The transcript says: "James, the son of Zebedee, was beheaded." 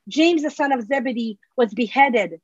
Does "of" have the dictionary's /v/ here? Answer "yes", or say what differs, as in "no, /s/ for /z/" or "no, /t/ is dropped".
yes